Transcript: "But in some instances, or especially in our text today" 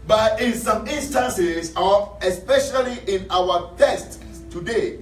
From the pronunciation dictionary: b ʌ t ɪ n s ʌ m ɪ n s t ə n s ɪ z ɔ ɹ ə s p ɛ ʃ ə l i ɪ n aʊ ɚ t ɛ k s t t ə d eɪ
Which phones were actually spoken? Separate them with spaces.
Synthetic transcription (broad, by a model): b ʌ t ɪ n s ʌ m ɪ n s t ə n s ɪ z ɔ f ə s p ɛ ʃ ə l i ɪ n aʊ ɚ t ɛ s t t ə d eɪ